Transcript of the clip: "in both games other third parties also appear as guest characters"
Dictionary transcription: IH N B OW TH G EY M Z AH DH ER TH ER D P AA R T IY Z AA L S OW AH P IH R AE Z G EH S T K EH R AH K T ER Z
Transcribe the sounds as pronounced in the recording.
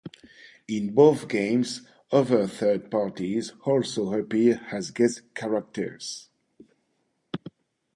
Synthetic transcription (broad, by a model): IH N B OW TH G EY M Z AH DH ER TH ER D P AA R T IY Z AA L S OW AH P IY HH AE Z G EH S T K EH R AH K T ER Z